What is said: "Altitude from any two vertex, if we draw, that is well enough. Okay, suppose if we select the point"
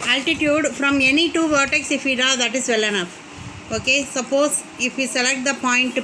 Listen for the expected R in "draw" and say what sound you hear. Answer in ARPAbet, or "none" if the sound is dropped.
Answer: none